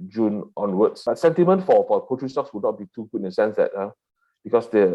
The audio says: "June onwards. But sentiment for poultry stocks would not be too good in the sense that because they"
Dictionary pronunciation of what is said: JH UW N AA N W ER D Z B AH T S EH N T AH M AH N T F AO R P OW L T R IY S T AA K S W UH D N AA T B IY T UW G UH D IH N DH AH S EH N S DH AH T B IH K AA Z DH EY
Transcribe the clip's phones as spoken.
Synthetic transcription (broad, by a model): JH UW N AA N W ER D S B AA T S EH N T AH M AH N T F AO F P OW T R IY S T AA K S W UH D N AA T B IY T UW G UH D IH N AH S EH N S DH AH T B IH K AA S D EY